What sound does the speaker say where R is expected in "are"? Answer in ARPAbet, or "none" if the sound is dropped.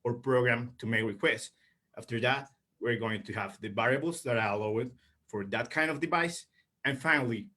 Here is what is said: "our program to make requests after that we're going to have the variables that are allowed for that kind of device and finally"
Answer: L